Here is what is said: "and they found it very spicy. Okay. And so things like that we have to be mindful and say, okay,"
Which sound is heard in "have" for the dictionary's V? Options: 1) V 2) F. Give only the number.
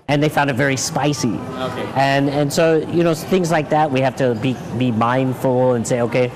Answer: 2